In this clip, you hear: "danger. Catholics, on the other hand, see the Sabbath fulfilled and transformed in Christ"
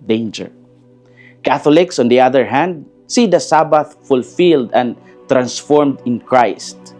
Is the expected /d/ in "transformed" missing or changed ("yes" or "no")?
no